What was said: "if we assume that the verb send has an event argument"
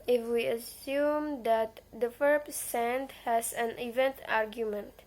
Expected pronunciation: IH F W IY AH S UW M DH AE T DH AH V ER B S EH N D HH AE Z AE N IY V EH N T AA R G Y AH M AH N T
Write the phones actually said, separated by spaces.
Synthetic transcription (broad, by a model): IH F W IY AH S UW M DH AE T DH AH F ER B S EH N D HH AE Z AE N IY V EH N T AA R G Y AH M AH N T